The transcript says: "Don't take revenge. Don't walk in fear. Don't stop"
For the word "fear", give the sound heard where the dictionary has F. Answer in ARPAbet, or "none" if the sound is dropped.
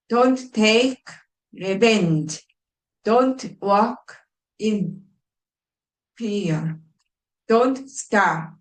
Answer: P